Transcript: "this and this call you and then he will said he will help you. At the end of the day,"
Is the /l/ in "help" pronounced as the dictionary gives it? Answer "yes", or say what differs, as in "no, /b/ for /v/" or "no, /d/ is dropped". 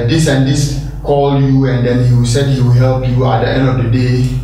yes